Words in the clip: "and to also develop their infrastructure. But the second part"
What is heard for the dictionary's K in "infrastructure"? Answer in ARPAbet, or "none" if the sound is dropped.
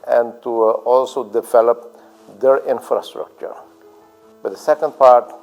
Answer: K